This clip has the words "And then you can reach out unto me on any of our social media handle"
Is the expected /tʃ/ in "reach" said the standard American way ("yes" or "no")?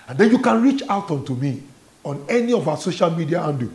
yes